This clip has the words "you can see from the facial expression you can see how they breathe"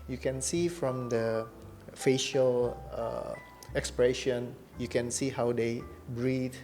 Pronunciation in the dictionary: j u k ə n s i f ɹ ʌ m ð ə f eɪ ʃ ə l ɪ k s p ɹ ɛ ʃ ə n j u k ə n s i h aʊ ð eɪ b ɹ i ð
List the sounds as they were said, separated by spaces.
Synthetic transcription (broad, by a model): j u k ə n s i f ɹ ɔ m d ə f eɪ ʃ ə l ɪ k s p ɹ ɛ ʃ ə n j u k ə n s i h aʊ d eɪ b ɹ i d